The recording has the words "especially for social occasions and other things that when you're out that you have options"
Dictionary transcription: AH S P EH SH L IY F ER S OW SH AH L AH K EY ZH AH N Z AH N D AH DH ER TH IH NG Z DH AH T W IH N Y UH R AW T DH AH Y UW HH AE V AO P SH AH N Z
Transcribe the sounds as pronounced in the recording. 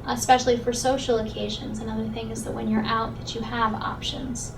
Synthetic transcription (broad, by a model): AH S P EH SH L IY F ER S OW SH L AH K EY ZH AH N Z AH N AH DH ER TH IH NG Z DH AH T W IH N Y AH R AW T DH AH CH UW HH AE V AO P SH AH N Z